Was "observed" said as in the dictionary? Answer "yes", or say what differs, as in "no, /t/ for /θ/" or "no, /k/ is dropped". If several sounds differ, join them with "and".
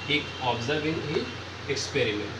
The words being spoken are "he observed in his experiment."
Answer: no, /d/ is dropped